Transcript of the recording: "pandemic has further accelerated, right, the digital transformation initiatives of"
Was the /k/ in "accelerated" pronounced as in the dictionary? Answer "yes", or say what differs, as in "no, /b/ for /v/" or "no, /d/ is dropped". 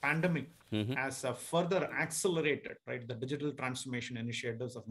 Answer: yes